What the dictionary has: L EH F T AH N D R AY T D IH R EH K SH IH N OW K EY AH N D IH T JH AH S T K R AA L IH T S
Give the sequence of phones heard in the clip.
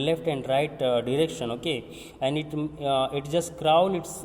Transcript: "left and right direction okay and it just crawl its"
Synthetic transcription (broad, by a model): L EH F T AH N D R AY T D IH R EH K SH IH N OW K EY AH N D IH T JH AH S T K R AA N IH T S